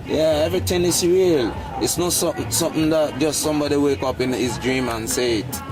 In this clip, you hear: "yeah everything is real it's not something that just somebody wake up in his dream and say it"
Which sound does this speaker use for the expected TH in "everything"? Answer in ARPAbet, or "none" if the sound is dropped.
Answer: T